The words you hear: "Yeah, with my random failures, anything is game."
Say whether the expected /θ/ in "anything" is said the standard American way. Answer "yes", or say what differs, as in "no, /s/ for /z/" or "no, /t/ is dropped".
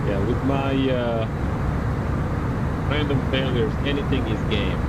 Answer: yes